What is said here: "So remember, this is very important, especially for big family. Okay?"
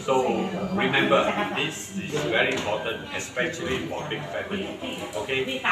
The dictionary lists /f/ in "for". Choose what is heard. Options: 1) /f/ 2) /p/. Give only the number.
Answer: 2